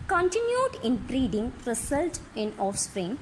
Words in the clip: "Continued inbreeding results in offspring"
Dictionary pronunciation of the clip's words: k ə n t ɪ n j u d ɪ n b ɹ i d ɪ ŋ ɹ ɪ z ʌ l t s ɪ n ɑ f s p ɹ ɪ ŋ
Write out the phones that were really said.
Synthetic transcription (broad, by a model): k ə n t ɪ n j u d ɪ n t ɹ i d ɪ ŋ ɹ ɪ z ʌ l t ɪ n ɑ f s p ɹ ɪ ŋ